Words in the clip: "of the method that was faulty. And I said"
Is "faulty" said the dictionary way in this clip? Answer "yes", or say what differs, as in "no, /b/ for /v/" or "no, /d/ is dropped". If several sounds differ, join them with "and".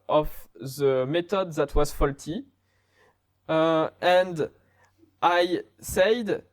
yes